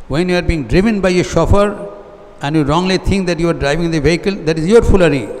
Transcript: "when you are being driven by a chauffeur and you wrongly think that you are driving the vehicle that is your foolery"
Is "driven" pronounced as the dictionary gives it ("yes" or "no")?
yes